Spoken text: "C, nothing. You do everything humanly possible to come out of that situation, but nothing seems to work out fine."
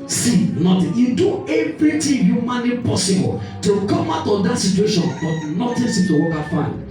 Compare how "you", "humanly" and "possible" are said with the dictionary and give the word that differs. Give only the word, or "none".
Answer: humanly